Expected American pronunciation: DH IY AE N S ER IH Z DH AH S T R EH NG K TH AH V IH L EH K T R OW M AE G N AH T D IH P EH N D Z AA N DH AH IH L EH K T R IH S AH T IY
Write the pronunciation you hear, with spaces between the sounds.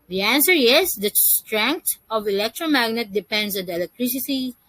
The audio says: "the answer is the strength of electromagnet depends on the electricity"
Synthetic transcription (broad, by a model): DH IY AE N S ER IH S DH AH S T R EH NG K T AH V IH L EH K T R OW M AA G N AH T D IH P EH N D S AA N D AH L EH K T R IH S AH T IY